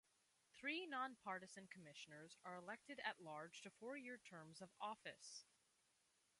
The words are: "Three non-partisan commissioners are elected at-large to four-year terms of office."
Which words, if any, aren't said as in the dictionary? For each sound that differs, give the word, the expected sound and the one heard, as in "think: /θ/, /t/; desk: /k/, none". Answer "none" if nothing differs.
none